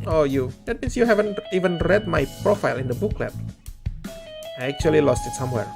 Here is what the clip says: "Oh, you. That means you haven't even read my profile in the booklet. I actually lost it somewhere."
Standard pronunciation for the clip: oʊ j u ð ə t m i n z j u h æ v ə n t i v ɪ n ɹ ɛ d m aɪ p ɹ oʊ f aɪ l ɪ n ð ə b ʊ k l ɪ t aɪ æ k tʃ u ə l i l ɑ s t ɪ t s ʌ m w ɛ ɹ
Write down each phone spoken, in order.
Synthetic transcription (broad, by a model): oʊ j u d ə t m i n s j u h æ v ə n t i v ɪ n ɹ ɛ d m aɪ p ɹ oʊ f aɪ l ɪ n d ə b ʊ k l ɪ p aɪ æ k tʃ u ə l i l ɑ s t ɪ t s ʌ m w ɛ ɹ